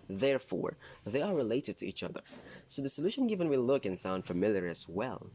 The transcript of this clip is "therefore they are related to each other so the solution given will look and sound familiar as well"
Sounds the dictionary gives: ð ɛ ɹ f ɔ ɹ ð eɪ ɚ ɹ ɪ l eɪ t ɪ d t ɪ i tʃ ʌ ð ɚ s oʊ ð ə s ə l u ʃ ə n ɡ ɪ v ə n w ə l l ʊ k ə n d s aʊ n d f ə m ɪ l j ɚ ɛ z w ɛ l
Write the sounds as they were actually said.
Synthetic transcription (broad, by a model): ð ɛ ɹ f ɔ ɹ ð eɪ ɚ ɹ ɪ l eɪ t ɪ d t ɪ i tʃ ʌ ð ɚ s oʊ ð ə s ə l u ʃ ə n ɡ ɪ v ə n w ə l l ʊ k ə n s aʊ n d f ə m ɪ l j ɚ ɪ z w ɛ l